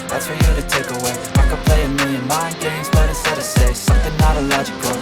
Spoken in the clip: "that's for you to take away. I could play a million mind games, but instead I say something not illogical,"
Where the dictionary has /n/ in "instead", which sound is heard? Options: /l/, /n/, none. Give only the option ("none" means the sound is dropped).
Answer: none